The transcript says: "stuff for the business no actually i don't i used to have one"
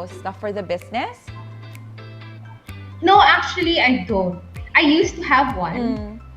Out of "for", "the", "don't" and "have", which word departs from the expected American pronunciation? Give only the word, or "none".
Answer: none